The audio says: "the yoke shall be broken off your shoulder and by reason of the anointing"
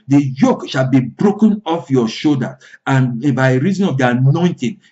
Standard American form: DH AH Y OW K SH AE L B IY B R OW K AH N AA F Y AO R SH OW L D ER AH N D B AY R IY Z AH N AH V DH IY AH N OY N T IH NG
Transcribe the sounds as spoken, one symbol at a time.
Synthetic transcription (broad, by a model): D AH Y OW K SH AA L B IY B R OW K AH N AA F Y AO SH OW D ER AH N B AY R IY Z AH N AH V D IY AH N OY N T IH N